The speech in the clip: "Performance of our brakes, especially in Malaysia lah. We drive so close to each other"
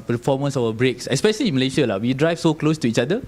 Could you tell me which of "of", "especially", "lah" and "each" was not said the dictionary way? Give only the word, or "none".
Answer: of